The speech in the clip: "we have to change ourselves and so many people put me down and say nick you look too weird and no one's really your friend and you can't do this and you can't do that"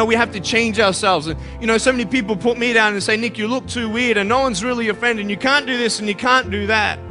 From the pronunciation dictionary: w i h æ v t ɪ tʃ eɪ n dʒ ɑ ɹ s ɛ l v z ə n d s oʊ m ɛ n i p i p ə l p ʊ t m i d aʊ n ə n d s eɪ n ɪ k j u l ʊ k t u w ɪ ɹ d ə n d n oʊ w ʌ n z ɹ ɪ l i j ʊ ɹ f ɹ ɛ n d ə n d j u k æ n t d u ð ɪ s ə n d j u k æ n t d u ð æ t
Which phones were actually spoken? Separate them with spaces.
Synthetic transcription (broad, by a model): w i h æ f t ɪ tʃ eɪ n dʒ ɑ ɹ s ɛ l v z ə n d s oʊ m ɛ n i p i p l p ʊ t m i d aʊ n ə n s eɪ n ɪ k j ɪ l ʊ k t u w ɪ ɹ d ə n n oʊ w ʌ n z ɹ ɪ l i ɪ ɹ f ɹ ɛ n d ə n j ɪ k æ n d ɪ ð ɪ s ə n j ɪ k æ n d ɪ ð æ t